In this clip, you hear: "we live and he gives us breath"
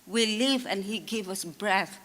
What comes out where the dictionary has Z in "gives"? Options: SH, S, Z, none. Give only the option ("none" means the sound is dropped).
none